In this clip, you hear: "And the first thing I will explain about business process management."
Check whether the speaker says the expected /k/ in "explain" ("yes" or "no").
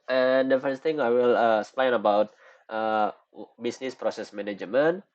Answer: no